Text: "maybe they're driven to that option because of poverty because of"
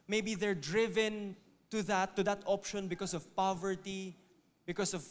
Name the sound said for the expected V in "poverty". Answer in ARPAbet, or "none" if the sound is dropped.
V